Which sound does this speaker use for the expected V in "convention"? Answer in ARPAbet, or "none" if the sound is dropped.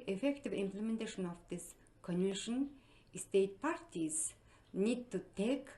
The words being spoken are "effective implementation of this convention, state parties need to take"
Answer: none